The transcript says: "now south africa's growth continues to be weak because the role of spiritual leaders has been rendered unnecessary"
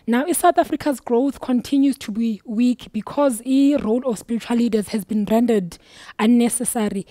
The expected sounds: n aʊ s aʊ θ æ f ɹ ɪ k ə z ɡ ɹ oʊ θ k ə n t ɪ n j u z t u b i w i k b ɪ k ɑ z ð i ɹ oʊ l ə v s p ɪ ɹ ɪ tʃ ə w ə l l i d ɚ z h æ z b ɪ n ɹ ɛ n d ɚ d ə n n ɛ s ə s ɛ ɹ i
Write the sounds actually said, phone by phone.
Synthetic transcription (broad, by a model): n aʊ s aʊ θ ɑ f ɹ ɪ k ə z ɡ ɹ oʊ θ k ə n t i n j u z t u b i w i k b ɪ k ɑ z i ɹ oʊ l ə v s p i ɹ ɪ tʃ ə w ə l l i d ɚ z h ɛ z b ɪ n ɹ ɛ n d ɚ d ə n n ɛ s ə s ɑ ɹ i